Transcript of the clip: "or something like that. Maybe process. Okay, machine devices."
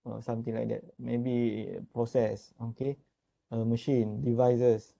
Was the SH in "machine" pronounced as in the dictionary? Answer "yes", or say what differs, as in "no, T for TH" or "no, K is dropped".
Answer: yes